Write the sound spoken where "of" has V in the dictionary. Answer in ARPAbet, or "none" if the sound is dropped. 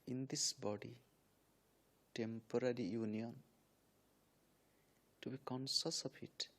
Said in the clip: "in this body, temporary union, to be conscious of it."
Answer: P